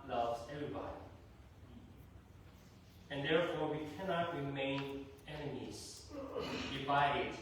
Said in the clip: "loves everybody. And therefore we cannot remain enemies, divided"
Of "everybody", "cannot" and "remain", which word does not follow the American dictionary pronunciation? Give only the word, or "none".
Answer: none